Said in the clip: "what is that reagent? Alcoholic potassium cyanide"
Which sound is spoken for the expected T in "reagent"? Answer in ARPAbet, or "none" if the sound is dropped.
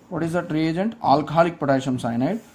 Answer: T